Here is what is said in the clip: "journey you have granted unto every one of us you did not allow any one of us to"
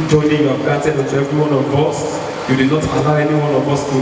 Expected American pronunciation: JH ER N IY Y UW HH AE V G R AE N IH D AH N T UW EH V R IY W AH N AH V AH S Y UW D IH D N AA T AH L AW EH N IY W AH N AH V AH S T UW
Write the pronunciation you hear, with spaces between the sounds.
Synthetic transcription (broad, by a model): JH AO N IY Y UW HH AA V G AA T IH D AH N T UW EH V R IY W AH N AH V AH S Y UW D IH D N AA T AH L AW EH N IY W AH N AH V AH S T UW